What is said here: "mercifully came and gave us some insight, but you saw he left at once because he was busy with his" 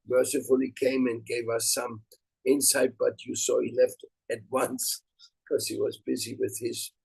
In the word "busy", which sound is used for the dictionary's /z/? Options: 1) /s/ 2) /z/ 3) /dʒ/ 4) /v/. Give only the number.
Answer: 2